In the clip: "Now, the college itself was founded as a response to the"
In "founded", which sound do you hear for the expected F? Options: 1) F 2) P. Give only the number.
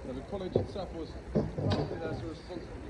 2